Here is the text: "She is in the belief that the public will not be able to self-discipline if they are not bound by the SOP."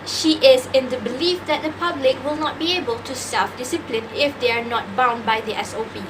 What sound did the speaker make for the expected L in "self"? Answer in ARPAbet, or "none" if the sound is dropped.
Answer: none